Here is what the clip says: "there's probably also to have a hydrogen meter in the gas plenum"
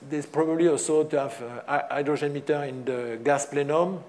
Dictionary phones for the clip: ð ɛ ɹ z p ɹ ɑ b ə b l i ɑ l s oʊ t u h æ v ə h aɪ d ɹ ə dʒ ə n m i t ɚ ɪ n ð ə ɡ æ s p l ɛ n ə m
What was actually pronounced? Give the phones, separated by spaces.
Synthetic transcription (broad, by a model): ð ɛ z p ɹ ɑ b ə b l i ɑ l s oʊ t u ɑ v ə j d ɹ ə ʒ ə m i t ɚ ɪ n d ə ɡ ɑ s p l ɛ n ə m